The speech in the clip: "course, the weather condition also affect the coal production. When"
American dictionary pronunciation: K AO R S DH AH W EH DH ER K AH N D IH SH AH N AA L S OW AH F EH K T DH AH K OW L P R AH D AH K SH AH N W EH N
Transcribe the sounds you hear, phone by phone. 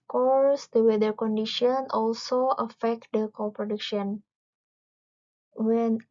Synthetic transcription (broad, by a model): K AO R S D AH W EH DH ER K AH N D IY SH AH N AA L S OW AH F EH K T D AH K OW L P R AH D AH K SH AH N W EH N